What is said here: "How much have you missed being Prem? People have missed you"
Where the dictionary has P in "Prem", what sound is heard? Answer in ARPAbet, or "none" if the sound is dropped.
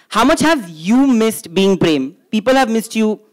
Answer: P